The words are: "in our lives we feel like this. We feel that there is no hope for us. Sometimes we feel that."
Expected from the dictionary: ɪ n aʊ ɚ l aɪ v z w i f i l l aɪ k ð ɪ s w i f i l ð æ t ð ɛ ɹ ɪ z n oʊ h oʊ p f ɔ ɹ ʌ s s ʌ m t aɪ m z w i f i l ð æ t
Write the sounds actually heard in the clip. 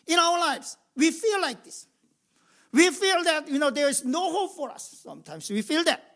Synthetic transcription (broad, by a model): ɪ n aʊ ɚ l aɪ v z w i f i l l aɪ k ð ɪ s w i f i l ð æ t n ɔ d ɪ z n oʊ h oʊ p f ɔ ɹ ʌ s s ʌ m t aɪ m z w i f i l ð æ t